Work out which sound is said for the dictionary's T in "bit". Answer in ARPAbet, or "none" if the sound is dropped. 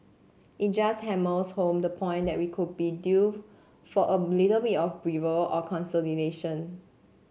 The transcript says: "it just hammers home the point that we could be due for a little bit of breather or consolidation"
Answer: none